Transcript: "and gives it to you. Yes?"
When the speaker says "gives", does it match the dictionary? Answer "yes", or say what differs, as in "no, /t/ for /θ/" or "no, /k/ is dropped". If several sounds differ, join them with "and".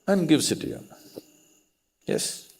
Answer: no, /s/ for /z/